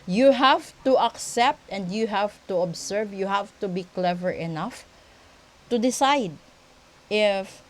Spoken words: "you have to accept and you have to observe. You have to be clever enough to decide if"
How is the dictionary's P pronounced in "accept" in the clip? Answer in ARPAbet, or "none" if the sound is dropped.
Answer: P